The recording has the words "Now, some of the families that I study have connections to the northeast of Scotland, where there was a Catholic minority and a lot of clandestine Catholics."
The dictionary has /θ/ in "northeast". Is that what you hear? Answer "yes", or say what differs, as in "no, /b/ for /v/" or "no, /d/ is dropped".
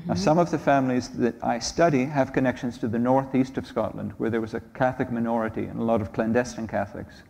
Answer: yes